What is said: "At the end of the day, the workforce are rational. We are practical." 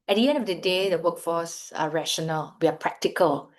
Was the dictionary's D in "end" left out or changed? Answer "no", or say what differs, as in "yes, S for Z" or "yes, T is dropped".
no